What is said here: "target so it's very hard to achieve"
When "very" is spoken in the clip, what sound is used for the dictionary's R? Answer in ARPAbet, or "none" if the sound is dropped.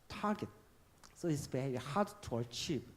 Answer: none